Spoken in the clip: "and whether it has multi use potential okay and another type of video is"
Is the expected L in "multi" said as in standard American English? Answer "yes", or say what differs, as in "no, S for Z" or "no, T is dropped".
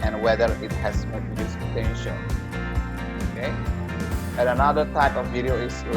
no, L is dropped